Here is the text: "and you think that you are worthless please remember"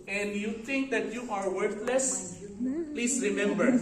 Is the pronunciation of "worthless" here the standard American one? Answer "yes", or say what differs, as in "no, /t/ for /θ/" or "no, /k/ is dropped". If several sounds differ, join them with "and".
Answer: no, /t/ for /θ/